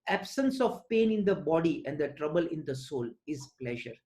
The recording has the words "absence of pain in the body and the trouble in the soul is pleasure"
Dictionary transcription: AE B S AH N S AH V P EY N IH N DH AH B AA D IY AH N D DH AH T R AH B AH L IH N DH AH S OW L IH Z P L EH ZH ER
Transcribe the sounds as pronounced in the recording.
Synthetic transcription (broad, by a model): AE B S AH N S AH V P EY N IH N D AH B AA D IY AH N D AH T R AH B AH L IH N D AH S OW L IH Z P L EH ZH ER